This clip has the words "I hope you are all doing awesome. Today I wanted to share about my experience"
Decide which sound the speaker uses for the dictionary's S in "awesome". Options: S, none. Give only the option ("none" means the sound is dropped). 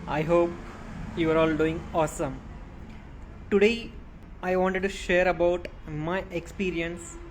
S